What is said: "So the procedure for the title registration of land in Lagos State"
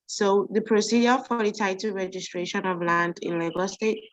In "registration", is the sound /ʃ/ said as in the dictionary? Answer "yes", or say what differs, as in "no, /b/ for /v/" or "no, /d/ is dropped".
yes